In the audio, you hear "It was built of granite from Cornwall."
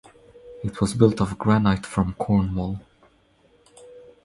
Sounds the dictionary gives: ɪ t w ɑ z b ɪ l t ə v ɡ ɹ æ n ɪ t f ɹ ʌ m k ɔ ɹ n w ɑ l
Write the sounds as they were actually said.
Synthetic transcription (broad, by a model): ɪ t w ɑ z b ɪ l t ə v ɡ ɹ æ n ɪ t f ɹ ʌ m k ɔ ɹ n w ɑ l